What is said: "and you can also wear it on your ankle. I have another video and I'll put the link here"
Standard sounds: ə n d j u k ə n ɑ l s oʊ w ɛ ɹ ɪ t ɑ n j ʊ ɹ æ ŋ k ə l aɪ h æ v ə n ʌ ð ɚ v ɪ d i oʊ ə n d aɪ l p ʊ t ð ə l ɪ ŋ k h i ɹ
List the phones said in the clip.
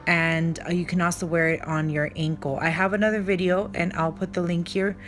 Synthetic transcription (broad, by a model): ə n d j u k ə n ɑ l s oʊ w ɛ ɹ ɪ t n j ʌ ɹ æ ŋ k l aɪ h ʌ v ə n ʌ ð ɚ v ɪ d i oʊ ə n aɪ l p ʊ t ð ə l ɪ ŋ k h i ɹ